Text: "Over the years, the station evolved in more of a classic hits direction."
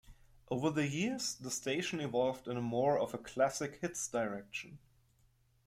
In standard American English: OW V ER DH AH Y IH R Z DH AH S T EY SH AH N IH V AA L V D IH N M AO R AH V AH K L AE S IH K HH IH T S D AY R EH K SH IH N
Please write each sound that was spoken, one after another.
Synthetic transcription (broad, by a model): OW V ER DH AH Y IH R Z DH AH S T EY SH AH N IH V AA L V D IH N M AO R AH V AH K L AE S IH K HH IH T S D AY R EH K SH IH N